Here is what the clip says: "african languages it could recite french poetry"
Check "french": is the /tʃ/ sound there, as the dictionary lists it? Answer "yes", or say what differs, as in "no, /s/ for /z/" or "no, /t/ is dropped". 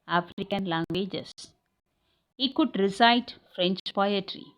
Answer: yes